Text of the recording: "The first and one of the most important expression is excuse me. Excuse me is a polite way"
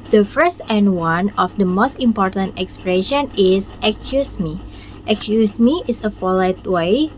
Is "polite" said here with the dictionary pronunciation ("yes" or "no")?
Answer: no